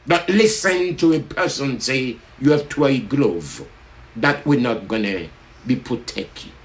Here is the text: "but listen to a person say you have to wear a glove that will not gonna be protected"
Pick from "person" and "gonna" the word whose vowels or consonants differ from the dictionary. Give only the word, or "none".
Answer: none